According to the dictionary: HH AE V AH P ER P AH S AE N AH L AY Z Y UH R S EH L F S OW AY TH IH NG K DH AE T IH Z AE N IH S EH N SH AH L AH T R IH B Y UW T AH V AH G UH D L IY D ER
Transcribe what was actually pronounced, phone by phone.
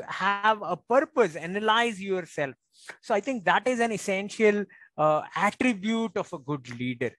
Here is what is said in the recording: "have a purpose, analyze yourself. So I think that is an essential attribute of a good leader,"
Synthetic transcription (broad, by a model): HH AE V AH P ER P AH S AE N AH L AY Z Y UH R S EH L F S OW AY T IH NG K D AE T IH Z AE N IH S EH N SH AH L AH T R IH B Y UW T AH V AH G UH D L IY D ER